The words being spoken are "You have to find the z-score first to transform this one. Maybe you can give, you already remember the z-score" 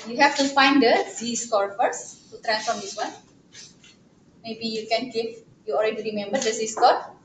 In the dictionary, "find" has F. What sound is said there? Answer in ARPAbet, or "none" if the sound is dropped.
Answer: F